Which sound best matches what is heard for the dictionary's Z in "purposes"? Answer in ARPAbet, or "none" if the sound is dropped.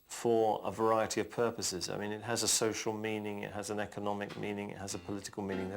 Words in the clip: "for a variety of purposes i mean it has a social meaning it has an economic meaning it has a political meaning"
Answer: Z